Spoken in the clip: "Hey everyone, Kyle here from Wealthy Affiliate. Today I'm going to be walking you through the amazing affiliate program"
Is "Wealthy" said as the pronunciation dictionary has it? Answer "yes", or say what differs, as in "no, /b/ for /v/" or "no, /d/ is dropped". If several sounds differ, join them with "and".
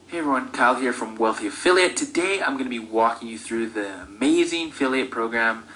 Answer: yes